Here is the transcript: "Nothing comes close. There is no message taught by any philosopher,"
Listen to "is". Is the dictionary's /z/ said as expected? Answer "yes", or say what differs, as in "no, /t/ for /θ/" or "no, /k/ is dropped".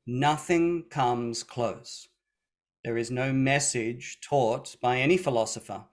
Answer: yes